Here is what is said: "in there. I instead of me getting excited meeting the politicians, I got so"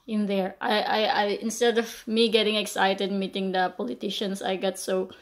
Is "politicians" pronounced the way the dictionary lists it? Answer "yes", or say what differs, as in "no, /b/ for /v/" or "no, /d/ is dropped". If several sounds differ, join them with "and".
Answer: no, /s/ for /z/